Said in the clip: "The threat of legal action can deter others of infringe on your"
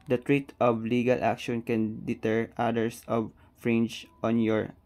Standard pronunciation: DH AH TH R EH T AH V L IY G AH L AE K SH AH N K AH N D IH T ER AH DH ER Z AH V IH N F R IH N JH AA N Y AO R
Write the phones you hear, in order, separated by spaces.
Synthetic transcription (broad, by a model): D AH T R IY T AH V L IY G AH L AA K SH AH N K AH N D IH T ER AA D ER S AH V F R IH N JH AA N Y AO R